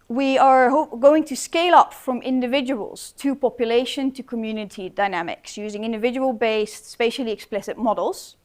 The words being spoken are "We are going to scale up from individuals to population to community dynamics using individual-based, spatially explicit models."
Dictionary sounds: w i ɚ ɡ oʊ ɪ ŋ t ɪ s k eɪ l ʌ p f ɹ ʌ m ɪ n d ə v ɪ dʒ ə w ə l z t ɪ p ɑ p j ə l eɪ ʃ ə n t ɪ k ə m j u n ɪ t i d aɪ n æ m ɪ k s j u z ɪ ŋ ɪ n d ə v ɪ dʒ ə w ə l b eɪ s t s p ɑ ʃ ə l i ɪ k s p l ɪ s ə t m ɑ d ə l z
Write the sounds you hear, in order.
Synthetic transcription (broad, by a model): w i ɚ ɡ oʊ ɪ ŋ t ɪ s k eɪ l ʌ p f ɹ ʌ m ɪ n d ə v ɪ dʒ ə w ə l z t ɪ p ɑ p j ə l eɪ ʃ ə n t ɪ k ə m j u n ɪ t i d aɪ n æ m ɪ k s j u z ɪ ŋ ɪ n d ə v ɪ dʒ ə w ə l b eɪ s s p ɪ ʃ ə l i ɪ k s p l ɪ s ə t m ɑ d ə l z